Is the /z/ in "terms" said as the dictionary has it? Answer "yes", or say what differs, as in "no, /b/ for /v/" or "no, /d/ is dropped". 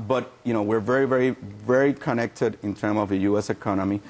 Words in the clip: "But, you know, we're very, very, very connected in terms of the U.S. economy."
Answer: no, /z/ is dropped